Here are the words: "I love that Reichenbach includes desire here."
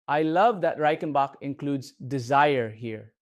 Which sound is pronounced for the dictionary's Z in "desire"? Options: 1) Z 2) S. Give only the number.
1